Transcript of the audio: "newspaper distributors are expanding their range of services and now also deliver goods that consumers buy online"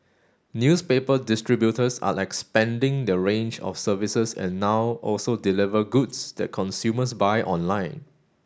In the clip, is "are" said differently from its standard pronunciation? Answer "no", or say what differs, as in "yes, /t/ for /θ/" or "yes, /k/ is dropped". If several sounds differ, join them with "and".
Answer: yes, /l/ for /ɹ/